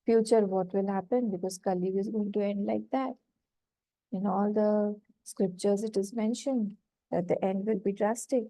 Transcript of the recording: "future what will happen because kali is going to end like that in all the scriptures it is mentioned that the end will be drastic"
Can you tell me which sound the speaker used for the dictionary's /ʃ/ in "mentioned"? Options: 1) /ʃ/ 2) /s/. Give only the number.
1